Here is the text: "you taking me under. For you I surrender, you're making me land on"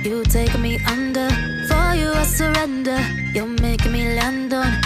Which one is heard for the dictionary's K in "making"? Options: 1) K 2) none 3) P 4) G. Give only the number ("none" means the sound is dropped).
2